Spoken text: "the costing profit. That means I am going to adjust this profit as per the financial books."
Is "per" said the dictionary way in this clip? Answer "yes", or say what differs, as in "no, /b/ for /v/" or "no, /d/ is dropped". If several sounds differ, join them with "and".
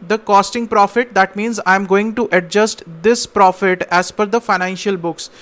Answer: no, /f/ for /p/